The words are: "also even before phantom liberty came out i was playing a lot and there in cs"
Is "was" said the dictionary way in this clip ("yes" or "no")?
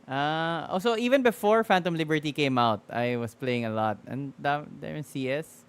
no